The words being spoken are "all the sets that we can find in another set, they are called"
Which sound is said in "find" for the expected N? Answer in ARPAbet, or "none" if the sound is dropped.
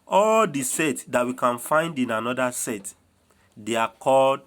N